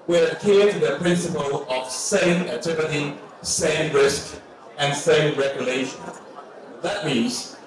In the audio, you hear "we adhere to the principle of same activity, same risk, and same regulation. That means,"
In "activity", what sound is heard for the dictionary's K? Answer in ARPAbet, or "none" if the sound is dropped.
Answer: none